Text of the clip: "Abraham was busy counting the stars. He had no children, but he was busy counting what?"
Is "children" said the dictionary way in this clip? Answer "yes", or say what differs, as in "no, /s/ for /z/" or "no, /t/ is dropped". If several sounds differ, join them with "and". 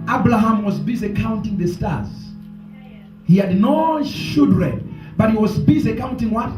no, /ʃ/ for /tʃ/ and /l/ is dropped